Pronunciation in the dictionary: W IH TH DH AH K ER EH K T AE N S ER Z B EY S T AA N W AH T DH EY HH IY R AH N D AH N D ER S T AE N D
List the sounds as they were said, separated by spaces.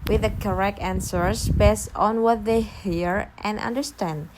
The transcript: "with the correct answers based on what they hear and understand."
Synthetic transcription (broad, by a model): W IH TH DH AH K ER EH K T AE N S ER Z B EY S T AA N W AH T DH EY HH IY R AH N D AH N D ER S T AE N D